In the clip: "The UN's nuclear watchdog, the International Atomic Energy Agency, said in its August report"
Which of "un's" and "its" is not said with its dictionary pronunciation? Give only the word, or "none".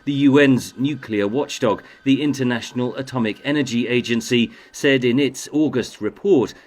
none